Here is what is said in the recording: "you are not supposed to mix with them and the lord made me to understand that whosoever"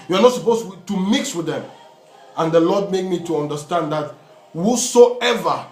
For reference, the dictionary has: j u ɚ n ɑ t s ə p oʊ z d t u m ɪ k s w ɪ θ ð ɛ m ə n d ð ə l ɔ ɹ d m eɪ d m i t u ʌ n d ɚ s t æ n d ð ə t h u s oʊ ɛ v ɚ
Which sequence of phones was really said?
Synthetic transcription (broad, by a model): j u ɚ n ɑ t s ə p oʊ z t u m ɪ k s w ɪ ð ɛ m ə n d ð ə l ɔ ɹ d m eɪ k m i t u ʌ n d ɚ s t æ n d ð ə t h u s oʊ ɛ v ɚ